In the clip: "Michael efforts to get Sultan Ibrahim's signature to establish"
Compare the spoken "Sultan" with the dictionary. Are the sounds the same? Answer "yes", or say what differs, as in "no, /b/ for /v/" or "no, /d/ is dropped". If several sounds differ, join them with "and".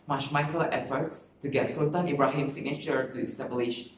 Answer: no, /l/ is dropped